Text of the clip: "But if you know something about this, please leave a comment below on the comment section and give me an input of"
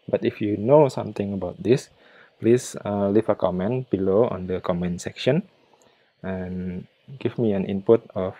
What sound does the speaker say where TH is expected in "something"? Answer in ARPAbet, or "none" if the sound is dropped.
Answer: T